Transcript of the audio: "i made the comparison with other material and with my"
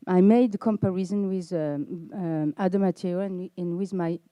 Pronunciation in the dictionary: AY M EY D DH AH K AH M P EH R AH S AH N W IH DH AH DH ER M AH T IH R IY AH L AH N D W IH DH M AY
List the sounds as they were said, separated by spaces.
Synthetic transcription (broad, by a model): AY M EY D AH K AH M P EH R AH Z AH N W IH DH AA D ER M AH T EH IY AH N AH N W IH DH M AY